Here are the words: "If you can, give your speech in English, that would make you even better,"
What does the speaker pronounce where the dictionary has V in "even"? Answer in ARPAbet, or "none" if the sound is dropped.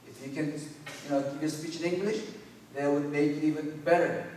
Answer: V